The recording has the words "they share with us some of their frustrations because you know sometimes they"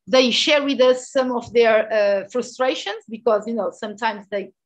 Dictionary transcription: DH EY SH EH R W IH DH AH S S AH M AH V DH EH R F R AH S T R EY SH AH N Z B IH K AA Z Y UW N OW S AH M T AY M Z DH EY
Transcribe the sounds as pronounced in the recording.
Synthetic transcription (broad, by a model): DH EY SH EH R W IH DH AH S S AH M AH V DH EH R F R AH S T R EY SH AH N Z B IH K AA Z Y UW N OW S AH M T AY M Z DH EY